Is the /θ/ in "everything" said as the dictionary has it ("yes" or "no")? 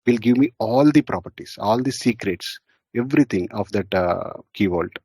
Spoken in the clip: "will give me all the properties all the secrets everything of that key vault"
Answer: no